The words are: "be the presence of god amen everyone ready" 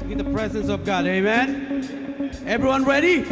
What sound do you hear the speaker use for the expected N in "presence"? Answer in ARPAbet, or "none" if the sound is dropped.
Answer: N